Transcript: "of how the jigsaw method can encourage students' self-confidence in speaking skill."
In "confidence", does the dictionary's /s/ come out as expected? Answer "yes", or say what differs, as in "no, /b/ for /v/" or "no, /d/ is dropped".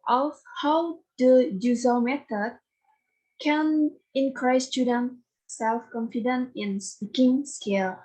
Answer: no, /s/ is dropped